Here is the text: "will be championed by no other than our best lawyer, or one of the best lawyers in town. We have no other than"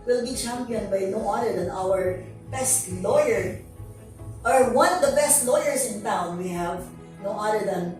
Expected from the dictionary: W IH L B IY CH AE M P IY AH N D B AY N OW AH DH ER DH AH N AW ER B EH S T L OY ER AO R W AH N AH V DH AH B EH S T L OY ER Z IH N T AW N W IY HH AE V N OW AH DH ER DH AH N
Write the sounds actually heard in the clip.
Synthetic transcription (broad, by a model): W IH L B IY CH AE M P IY AH N D B AY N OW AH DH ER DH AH N AW ER B EH S T L OY ER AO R W AH N AH V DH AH B EH S T L OY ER S IH N T AW N W IY HH AE V N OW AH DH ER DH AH N